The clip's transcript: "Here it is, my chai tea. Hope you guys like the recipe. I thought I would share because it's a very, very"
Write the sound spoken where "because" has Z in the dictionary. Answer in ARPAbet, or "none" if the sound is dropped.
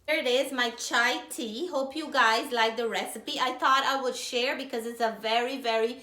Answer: Z